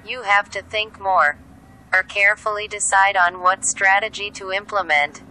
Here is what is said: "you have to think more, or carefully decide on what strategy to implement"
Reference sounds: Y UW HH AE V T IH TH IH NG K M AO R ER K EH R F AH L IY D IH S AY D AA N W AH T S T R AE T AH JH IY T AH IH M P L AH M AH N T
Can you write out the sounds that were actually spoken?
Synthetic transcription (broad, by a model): Y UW HH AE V T IH TH IH NG K M AO R ER K EH R F L IY D IH S AY D N W AH T S T R AE T AH JH IY T AH IH M P L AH M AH N T